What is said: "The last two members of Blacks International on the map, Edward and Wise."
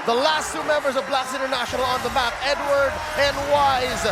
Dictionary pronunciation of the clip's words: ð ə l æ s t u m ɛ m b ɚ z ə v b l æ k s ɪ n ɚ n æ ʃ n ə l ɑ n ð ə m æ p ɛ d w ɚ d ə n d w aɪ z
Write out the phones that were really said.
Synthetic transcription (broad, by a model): ð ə l æ s t u m ɛ m b ɚ z ə v b l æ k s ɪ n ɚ n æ ʃ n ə l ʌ n ð ə m æ p ɛ d w ɚ d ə n w aɪ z